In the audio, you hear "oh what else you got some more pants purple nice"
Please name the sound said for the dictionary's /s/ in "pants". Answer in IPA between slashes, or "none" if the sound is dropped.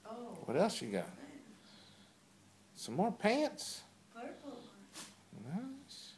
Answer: /s/